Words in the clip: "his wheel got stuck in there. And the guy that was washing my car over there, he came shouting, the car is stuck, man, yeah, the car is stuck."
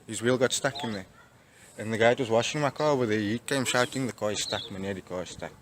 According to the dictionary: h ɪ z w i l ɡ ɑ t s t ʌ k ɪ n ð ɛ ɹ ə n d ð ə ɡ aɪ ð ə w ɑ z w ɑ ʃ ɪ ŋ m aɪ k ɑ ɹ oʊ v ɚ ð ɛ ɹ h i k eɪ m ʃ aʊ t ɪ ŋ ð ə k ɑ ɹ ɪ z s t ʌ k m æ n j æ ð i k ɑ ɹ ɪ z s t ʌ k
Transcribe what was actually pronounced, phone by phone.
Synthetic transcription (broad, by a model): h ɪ z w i l ɡ ɑ t s t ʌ k ɪ n ð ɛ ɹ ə n ð ə ɡ aɪ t w ɑ z w ɑ ʃ ɪ ŋ m aɪ k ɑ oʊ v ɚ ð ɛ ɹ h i k eɪ m ʃ aʊ t ɪ ŋ ð ə k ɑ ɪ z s t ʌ k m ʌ n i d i k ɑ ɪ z s t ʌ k